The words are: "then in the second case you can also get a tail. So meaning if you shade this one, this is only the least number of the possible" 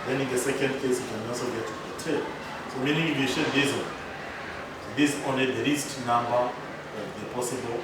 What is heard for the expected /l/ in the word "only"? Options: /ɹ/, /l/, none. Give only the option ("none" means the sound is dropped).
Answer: none